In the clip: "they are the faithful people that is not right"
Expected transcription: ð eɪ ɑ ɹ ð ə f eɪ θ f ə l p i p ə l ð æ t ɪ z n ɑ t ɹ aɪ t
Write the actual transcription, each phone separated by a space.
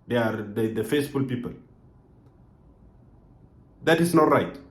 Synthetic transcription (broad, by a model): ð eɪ ɑ ɹ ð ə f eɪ s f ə l p i p ə l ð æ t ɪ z n ɑ t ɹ aɪ t